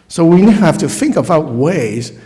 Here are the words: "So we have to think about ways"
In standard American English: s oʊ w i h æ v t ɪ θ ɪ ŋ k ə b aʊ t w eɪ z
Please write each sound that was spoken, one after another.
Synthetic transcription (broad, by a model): s oʊ w i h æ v t ɪ θ ɪ ŋ k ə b aʊ t w eɪ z